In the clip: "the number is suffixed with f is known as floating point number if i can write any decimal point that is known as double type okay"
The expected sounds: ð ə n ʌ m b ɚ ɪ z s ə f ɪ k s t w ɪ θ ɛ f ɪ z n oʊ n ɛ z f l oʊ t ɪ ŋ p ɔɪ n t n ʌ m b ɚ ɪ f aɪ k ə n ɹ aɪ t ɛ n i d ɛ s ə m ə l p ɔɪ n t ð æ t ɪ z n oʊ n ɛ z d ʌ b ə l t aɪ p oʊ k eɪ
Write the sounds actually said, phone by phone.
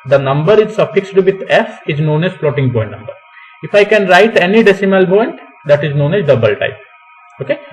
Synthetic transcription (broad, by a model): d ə n ʌ m b ɚ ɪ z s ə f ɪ k s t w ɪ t ɛ f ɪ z n oʊ n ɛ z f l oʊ t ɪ ŋ p ɔɪ n t n ʌ m b ɚ ɪ f aɪ k ə n ɹ aɪ t ɛ n i d ɛ s ə m ə l p ɔɪ n t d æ t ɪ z n oʊ n ɛ z d ʌ b ə l t aɪ p oʊ k eɪ